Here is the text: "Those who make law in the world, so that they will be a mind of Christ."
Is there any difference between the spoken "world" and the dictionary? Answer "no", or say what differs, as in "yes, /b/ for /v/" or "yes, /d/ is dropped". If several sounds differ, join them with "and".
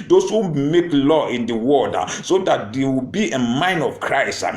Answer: yes, /l/ is dropped